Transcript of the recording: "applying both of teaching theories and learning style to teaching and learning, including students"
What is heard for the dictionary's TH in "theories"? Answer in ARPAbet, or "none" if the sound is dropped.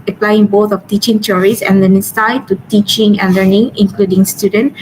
S